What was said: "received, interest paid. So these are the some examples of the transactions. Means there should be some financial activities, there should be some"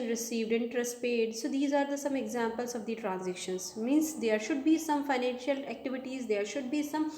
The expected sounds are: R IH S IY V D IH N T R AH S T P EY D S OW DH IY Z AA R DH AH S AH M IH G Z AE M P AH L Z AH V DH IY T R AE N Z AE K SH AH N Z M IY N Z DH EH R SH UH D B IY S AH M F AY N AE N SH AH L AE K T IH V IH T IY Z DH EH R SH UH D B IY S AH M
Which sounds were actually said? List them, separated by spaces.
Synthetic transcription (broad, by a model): R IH S IY V D IH N T R AH S T P EY D S OW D IY Z AA R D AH S AH M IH G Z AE M P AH L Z AH V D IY T R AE N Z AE K SH AH N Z M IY N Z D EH R SH UH D B IY S AH M F AY N AE N SH AH L AE K T IH V IH T IY Z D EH R SH UH D B IY S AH M